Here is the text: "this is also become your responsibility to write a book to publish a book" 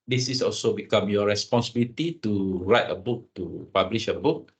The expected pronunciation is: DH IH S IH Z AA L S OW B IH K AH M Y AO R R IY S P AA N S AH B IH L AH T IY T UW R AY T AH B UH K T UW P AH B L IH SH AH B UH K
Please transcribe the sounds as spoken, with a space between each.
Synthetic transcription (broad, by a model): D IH S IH S AA L S OW B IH K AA M Y AO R R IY S P AA N S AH B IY L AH T IY T UW R AY T AH B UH K T UW P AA B L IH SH AH B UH K